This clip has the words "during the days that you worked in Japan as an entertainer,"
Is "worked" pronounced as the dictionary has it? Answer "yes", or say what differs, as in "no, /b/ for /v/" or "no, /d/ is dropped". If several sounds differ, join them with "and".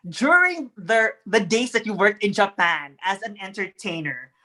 yes